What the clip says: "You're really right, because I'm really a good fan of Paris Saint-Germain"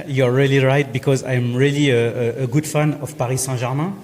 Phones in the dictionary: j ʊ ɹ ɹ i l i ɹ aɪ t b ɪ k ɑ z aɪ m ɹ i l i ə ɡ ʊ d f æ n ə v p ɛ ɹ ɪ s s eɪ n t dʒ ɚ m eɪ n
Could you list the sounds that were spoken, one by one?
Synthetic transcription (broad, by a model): j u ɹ ɹ i l i ɹ aɪ t b ɪ k ɑ z aɪ m ɹ i l i ə ɡ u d f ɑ n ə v p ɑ ɹ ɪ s s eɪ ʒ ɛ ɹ m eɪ